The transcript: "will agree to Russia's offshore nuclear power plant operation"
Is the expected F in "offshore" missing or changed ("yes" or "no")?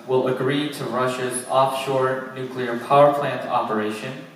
no